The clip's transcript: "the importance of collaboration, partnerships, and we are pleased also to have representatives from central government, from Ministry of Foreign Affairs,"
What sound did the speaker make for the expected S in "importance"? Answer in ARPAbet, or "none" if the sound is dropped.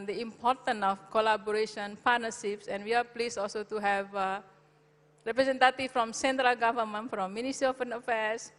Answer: none